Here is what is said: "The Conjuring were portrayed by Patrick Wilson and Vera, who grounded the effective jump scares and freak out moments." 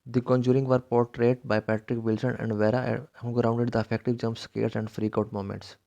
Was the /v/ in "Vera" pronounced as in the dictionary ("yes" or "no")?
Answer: yes